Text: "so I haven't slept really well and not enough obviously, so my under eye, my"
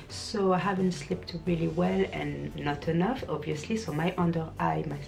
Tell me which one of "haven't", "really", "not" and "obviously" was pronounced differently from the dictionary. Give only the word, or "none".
none